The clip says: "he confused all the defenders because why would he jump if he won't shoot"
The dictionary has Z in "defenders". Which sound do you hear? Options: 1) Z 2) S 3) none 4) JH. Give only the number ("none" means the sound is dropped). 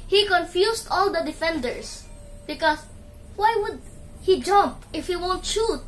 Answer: 2